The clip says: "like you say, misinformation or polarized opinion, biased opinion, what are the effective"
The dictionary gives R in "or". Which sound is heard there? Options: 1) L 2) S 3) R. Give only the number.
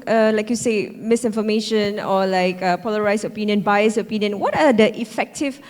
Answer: 1